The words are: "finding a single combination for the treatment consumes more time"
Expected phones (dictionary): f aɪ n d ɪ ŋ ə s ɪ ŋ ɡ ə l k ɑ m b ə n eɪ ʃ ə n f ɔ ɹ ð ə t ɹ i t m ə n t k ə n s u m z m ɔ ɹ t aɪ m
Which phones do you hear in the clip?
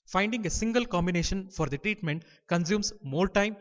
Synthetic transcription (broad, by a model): f aɪ n d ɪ ŋ ə s ɪ ŋ ɡ ə l k ɑ m b ə n eɪ ʃ ə n f ɔ ɹ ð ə t ɹ i t m ə n t k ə n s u m s m ɔ l t aɪ m